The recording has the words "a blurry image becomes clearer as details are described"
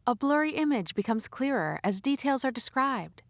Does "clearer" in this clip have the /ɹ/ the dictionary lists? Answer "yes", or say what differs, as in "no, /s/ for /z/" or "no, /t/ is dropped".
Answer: yes